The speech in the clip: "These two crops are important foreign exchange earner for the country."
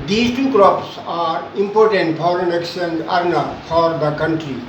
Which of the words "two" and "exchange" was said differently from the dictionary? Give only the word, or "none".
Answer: exchange